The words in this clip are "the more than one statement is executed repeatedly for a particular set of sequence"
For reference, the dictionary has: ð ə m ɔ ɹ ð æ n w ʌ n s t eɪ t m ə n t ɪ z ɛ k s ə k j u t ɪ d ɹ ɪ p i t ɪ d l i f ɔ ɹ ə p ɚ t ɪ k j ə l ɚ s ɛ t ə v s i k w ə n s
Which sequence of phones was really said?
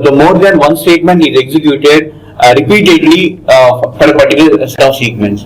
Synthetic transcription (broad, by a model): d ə m ɔ ɹ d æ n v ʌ n s t eɪ t m ə n t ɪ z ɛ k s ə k j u t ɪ d ɹ ɪ p i t ɪ d l i f ɔ ɹ ə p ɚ t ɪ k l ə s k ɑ ə s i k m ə n s